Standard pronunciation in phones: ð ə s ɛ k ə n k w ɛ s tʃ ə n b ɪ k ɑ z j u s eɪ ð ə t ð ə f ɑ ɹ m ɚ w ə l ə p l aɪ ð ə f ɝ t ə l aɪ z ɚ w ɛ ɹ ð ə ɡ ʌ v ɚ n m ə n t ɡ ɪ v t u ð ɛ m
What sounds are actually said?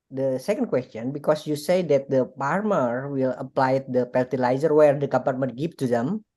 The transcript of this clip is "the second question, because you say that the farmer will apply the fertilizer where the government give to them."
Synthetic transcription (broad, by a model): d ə s ɛ k ə n k w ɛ s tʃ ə n b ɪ k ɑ s j u s eɪ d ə t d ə p ɑ ɹ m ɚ w ə l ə p l aɪ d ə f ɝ t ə l aɪ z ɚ w ɛ ɹ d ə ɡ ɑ p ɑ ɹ m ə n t ɡ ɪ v t u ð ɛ m